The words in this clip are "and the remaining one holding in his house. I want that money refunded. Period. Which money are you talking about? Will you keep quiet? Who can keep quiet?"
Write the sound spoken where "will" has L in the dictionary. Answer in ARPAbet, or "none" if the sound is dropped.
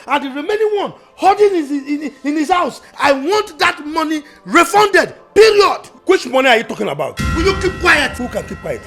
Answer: N